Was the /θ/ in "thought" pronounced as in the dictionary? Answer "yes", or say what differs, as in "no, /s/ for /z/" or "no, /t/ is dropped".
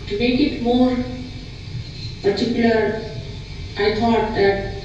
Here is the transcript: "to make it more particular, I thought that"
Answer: no, /t/ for /θ/